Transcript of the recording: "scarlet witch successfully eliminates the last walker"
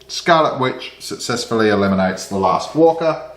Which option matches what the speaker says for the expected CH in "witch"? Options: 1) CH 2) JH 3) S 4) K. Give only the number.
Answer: 1